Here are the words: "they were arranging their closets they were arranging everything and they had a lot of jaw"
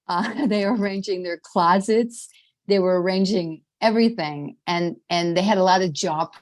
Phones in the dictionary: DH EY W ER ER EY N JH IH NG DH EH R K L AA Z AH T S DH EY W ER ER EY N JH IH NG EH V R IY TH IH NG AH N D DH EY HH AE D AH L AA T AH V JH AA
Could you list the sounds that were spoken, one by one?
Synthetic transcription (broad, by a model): DH EY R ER ER EY N JH IH NG DH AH R K L AA Z AH T S DH EY W ER ER EY N JH IH NG EH V R IY TH IH NG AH N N DH EY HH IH D AH L AA T AH V JH AA